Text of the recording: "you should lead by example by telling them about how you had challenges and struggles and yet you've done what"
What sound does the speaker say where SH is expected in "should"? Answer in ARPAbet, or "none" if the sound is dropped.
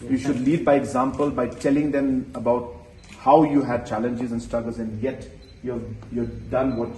SH